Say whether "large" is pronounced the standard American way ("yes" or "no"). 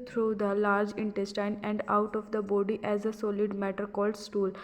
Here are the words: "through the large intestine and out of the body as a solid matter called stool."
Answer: yes